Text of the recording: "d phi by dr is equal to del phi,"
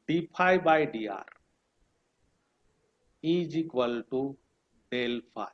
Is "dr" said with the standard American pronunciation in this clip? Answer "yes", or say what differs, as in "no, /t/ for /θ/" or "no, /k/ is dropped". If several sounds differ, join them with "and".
no, /k/ is dropped